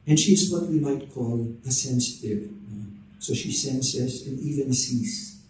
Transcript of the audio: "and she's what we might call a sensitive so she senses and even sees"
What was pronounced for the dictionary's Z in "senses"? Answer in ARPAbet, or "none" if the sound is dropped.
S